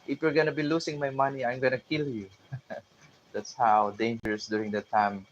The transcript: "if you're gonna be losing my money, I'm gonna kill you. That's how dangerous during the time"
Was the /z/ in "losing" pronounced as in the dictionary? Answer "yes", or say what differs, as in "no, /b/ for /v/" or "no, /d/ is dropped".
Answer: no, /s/ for /z/